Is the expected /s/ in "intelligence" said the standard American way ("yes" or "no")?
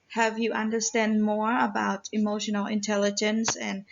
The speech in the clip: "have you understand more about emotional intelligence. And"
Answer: yes